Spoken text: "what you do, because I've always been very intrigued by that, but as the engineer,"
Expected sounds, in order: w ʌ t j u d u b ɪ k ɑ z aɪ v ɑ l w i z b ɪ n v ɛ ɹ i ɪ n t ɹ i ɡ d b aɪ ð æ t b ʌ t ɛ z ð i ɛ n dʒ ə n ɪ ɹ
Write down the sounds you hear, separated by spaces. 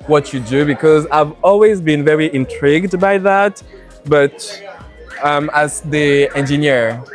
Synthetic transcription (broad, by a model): w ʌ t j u d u b ɪ k ɑ z aɪ v ɑ l w i z b ɪ n v ɛ ɹ i ɪ n t ɹ i ɡ d b aɪ ð æ t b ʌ t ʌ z ð i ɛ n dʒ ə n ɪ ɹ